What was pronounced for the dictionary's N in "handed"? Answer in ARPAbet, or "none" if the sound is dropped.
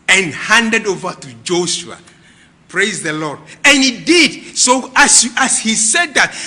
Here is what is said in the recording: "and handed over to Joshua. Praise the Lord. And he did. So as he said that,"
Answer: N